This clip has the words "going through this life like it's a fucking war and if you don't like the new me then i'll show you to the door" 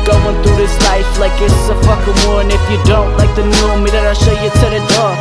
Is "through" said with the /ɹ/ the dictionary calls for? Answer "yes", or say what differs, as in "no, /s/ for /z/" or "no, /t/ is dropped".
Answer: no, /ɹ/ is dropped